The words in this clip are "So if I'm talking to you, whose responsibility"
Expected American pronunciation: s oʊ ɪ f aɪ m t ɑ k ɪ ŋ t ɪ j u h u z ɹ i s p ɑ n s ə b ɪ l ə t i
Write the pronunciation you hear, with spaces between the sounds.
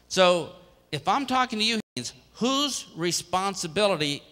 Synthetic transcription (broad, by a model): s oʊ ɪ f aɪ m t ɑ k ɪ ŋ t ɪ j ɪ h u z ɹ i s p ɑ n s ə b ɪ l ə t i